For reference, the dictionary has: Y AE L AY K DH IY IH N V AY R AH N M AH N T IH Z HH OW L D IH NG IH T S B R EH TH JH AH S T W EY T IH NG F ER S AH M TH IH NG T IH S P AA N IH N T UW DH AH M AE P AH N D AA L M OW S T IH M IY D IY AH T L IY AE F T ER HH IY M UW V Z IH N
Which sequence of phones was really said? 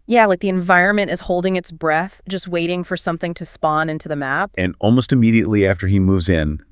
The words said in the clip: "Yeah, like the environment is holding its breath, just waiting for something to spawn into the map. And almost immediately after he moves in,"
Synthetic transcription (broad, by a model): Y AE L AY K DH IY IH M V AY R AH N M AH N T IH Z HH OW L D IH NG IH T S B R EH TH JH AH S T W EY T IH NG F ER S AH M TH IH NG T IH S P AA N IH N T UW DH AH M AE P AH N AA L M OW S T IH M IY D IY AH T L IY AE F T ER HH IY M UW V Z IH N